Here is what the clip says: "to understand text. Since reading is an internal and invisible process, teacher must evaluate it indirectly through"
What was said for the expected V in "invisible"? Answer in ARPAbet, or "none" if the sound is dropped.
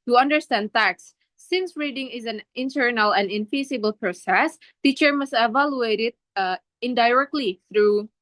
F